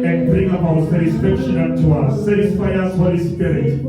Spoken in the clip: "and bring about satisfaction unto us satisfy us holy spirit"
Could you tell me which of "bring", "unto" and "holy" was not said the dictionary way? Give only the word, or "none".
unto